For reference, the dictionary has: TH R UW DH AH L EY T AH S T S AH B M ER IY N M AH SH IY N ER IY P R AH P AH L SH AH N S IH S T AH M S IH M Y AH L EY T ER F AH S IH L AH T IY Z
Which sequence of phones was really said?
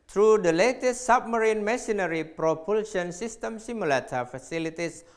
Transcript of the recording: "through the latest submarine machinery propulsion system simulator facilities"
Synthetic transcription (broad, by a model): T R UW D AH L EY T AH S T S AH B M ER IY N M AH S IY N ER IY P R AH P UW L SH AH N S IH S T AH M S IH M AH L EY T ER F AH S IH L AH T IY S